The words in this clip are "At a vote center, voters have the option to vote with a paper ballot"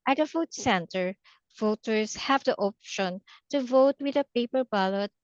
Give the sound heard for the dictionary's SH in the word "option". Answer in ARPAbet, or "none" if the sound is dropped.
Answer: SH